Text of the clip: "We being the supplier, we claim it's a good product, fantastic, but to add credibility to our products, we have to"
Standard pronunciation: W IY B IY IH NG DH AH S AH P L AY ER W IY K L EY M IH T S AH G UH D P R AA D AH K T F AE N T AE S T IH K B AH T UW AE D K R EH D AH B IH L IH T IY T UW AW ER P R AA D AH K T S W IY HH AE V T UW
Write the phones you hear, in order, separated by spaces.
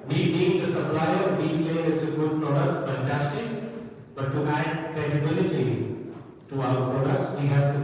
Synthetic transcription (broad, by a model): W IY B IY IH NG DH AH S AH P L AY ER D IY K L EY IH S AH G UH D P R AA D AH K T F AE N T AE S T IH K B AH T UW AE D K R EH D AH B IH L IH T IY T UW AW ER P R AA D AH K T S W IY HH AE V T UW